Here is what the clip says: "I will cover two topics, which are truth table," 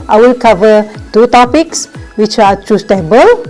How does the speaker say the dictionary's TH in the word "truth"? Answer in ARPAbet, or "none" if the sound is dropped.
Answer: S